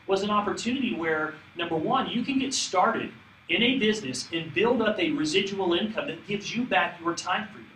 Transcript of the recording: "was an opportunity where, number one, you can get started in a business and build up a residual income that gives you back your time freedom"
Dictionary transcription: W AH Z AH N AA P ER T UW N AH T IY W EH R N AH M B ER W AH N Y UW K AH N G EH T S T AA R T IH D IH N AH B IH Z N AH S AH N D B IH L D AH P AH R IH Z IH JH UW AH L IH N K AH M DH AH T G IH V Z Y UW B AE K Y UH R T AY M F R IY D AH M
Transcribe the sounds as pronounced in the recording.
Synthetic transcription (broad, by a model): W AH Z AH N AA P ER T UW N AH T IY W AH R N AH M B ER W AH N Y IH K AH N G EH T S T AA R T IH D IH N AH B IH Z N AH S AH N B IH L D AH P AH R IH Z IH JH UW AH L IH N K AH M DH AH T G IH V Z Y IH B AE K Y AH R T AY M F R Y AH